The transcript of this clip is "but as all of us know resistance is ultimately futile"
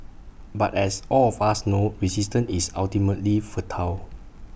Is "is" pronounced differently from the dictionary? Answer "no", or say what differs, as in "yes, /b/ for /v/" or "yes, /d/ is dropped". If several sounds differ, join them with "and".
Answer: yes, /s/ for /z/